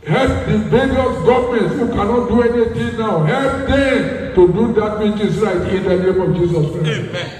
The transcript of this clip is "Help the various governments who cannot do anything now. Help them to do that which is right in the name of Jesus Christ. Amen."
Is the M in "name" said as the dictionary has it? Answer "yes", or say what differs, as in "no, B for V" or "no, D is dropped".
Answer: yes